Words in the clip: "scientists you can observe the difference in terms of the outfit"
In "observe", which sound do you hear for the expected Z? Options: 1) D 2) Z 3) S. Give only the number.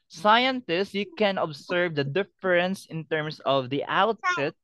3